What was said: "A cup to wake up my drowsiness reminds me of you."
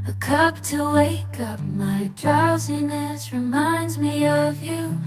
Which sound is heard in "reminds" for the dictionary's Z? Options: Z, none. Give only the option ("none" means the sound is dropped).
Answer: Z